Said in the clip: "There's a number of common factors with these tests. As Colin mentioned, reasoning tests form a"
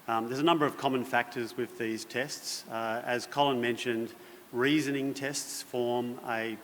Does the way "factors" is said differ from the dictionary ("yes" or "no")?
no